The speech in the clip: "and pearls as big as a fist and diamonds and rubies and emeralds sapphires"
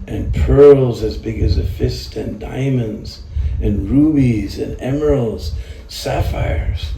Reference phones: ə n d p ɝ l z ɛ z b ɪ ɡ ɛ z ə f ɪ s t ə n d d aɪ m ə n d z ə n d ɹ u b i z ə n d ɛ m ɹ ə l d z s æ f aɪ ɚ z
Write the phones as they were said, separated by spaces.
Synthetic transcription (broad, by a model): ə n p ɝ l z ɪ z b ɪ ɡ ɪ z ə f ɪ s t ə n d d aɪ m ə n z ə n ɹ u b i z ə n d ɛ m ə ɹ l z s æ f aɪ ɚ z